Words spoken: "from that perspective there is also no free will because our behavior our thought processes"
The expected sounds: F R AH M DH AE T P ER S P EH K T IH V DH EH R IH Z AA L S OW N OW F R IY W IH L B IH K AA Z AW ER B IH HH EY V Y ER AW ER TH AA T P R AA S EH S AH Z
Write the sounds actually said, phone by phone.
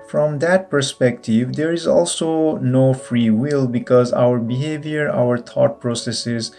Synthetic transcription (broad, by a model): F R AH M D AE T P ER S P EH K T IH V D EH R IH Z AA L S OW N OW F R IY W IH L B IH K AA Z AW ER B IH HH EY V Y ER AW ER T AA T P R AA S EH S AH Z